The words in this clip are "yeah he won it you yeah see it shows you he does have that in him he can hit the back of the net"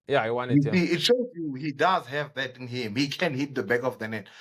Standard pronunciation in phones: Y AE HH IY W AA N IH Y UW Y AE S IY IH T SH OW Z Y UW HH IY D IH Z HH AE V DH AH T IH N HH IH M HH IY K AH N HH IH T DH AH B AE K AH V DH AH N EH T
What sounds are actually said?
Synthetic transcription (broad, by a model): Y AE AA IH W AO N S IY IH T SH OW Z Y UW HH IY D IH Z HH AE V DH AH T IH N HH IH M HH IY K AH N HH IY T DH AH B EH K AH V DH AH N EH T